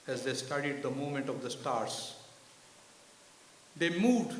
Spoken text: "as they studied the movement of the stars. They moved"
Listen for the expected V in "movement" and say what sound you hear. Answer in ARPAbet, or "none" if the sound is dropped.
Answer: none